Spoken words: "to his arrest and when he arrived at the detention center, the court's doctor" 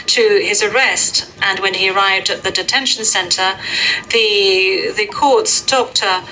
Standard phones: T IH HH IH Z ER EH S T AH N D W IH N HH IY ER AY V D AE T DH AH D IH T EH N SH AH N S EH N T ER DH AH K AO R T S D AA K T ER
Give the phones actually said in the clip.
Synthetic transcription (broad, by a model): T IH IH Z ER EH S T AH N W IH N IY ER AY V D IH T DH AH D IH T EH N SH N S EH N T ER DH AH K AO R T S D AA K T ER